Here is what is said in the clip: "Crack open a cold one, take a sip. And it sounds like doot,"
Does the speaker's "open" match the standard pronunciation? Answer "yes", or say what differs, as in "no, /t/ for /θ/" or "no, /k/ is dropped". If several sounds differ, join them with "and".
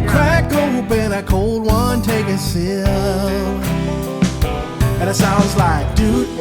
no, /b/ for /p/